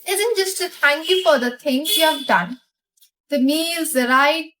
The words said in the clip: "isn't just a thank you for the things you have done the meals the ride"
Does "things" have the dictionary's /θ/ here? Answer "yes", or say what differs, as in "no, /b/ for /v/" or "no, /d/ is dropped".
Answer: no, /t/ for /θ/